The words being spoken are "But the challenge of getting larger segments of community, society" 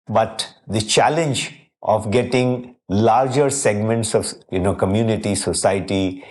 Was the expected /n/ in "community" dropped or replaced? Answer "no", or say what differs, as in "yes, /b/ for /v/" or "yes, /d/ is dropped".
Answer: no